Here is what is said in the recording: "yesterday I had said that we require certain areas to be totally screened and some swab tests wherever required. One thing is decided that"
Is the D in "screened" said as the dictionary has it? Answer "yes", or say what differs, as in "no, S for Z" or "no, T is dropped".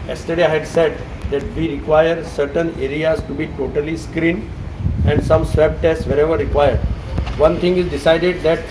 no, D is dropped